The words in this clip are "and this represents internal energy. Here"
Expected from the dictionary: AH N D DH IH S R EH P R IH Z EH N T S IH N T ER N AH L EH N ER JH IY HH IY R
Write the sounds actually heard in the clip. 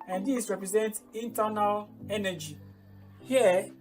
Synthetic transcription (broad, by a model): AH N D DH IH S R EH P R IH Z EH N T IH N T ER N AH L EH N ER JH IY HH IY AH